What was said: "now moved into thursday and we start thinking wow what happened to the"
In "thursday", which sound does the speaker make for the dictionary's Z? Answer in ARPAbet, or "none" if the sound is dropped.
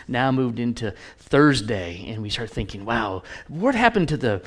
Z